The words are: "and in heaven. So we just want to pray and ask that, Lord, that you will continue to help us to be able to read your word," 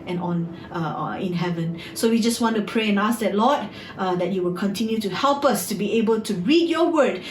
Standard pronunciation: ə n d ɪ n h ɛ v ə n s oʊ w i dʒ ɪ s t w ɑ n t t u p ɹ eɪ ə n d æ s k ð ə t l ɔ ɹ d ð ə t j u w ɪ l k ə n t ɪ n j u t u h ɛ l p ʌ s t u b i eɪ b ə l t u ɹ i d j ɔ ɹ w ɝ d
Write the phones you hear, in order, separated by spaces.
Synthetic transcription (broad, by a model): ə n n ɪ n h ɛ v ə n s oʊ w i dʒ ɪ s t w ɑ n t t u p ɹ eɪ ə n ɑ s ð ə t l ɔ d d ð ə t j u w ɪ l k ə n t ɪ n j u t u h ɛ l p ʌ s t u b i eɪ b ə l t u ɹ i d j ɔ w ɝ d